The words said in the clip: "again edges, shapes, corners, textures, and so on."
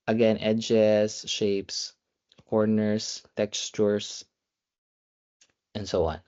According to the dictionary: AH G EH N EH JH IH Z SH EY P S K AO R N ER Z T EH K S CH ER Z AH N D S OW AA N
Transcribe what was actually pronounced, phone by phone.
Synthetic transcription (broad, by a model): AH G EH N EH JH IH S SH EY P S K AO R N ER S T EH K S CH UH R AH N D S OW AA N